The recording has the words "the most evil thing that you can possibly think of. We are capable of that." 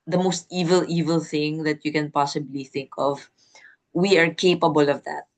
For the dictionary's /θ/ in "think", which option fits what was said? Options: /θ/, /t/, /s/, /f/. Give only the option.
/θ/